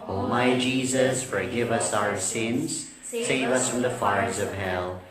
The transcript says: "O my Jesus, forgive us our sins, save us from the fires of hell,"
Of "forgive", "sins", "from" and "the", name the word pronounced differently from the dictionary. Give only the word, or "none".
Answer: none